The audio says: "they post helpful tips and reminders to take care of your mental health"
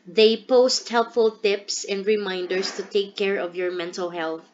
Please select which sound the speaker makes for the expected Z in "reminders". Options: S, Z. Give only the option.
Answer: S